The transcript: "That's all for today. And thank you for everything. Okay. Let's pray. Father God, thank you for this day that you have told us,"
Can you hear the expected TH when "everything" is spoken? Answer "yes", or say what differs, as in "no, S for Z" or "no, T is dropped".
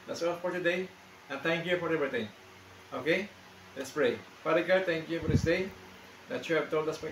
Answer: no, T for TH